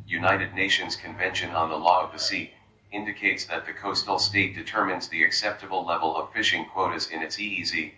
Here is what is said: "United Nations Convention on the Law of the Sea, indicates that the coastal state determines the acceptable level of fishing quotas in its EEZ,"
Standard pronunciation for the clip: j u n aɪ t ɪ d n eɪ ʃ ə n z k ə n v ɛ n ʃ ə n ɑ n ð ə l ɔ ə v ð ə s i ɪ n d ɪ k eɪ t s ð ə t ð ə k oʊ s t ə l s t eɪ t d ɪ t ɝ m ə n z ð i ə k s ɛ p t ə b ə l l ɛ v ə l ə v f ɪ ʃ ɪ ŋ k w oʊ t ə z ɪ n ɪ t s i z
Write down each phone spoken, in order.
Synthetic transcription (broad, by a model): j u n aɪ t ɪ d n eɪ ʃ ə n z k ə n v ɛ n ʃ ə n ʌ n ð ə l ɔ ə v ð ə s i ɪ n d ɪ k eɪ t s ð ə t ð ə k oʊ s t l s t eɪ t d ɪ t ɝ m ə n z ð i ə k s ɛ p t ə b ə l l ɛ v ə l ə v f ɪ ʃ ɪ ŋ k w oʊ t ə z ɪ n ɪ t s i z